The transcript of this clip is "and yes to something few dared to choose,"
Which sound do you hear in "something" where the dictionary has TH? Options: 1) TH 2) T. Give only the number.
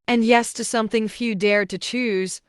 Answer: 1